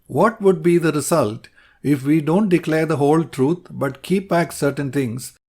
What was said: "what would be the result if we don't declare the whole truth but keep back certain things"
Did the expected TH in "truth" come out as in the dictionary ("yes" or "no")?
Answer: no